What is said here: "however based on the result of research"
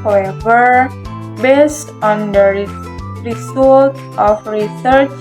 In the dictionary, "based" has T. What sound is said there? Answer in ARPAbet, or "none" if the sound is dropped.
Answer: T